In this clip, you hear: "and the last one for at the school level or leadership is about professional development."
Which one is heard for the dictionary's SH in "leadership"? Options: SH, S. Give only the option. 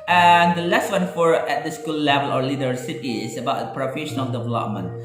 S